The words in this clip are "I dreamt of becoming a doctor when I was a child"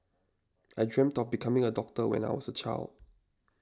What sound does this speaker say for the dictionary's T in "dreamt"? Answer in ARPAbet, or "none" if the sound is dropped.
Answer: T